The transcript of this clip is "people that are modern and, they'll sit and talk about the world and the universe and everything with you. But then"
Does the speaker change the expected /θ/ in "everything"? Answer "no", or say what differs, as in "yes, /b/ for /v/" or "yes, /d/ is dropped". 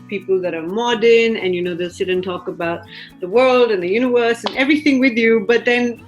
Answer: no